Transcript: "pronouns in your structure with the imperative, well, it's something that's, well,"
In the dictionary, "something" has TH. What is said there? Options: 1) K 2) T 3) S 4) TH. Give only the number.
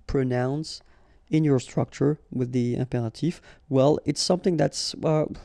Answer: 4